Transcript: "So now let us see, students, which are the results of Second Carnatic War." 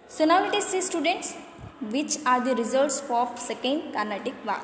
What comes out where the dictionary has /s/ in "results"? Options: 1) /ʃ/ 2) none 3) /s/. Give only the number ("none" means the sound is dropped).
3